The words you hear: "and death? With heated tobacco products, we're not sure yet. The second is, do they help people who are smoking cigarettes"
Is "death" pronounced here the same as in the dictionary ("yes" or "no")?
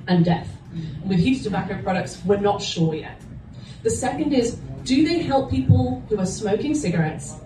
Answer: yes